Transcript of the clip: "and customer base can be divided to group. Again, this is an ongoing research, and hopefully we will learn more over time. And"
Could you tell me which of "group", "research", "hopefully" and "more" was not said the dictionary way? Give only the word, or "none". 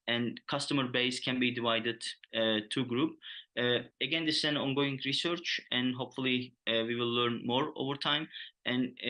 none